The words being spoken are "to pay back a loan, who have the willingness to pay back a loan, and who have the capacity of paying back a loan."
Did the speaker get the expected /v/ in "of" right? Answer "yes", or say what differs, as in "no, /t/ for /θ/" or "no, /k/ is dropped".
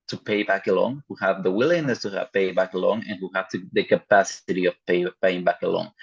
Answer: no, /p/ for /v/